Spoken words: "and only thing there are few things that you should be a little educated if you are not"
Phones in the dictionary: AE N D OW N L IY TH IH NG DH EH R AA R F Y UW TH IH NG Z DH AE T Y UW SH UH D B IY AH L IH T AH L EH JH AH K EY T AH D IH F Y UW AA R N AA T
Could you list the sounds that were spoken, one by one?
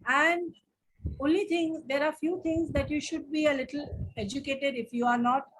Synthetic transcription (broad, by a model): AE N D OW N L IY T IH NG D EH R AA R F Y UW T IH NG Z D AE T Y UW SH UH D B IY AH L IH T AH L EH JH AH K EY T AH D IH F Y UW AA R N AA T